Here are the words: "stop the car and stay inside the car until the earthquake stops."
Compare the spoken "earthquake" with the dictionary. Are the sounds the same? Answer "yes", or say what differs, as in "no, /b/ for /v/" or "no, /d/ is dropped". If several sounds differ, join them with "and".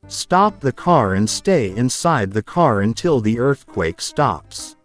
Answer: yes